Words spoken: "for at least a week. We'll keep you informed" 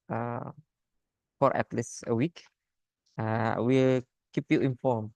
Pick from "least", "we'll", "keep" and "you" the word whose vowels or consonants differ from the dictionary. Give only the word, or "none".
least